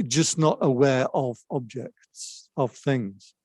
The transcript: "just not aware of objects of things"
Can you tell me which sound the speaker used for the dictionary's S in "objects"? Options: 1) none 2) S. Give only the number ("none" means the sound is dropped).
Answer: 2